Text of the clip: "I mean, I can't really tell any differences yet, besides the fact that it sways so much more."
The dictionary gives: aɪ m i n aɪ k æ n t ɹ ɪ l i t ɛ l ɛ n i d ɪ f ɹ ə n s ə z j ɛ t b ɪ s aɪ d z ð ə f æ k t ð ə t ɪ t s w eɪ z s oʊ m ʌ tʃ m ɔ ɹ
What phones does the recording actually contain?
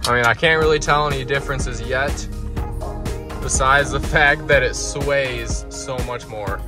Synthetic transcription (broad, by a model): aɪ m i n aɪ k æ n t ɹ ɪ l i t ɛ l ɛ n i d ɪ f ɹ ə n s ə z j ɛ t b ɪ s aɪ d z ð ə f æ k t ð ə t ɪ t s w eɪ z s oʊ m ʌ tʃ m ɔ ɹ